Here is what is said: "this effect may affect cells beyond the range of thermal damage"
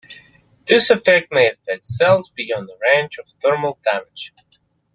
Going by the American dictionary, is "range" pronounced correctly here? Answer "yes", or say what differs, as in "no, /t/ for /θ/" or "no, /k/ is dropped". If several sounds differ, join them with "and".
no, /tʃ/ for /dʒ/